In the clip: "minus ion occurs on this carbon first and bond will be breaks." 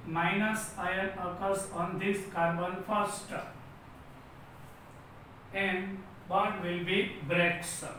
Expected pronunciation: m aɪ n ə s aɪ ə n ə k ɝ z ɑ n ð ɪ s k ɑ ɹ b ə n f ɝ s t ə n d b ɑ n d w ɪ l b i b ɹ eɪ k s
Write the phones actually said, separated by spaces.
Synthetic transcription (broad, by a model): m aɪ n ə s aɪ ə n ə k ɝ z ɑ n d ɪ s k ɑ ɹ b ə n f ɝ s t ə n d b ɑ d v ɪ l b i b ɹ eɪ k s